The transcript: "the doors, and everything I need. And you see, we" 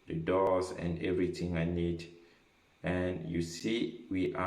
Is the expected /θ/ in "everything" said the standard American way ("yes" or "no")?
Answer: no